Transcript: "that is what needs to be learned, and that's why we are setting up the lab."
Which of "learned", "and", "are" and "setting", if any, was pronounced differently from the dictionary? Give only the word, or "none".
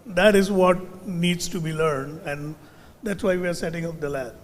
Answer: none